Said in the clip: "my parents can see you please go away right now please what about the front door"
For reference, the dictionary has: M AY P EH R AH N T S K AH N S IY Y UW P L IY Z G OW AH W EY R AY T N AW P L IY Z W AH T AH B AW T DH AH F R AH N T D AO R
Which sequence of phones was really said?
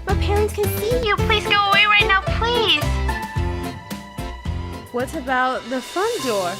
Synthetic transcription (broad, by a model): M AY P EH R AH N T S K AH N S IY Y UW P L IY Z G OW AH W EY R AY T N AW P L IY Z W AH T AH B AW T DH AH F AH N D AO R